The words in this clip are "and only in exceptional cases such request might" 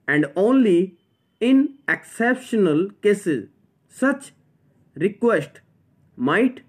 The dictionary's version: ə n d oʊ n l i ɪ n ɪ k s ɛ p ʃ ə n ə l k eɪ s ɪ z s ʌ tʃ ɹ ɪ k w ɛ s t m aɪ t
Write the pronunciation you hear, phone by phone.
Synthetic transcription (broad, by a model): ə n d oʊ n l i ɪ n ɪ k s ɛ p ʃ ə n ə l k eɪ s ɪ z s ʌ tʃ ɹ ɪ k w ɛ s t m aɪ t